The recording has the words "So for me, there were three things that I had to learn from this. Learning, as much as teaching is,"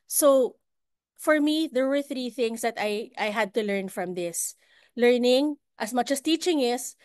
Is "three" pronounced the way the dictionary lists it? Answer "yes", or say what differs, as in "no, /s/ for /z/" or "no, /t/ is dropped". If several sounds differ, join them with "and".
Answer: yes